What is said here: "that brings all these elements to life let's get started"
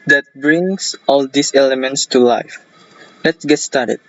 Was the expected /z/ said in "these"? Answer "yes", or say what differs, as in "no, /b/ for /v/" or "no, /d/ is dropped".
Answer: no, /s/ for /z/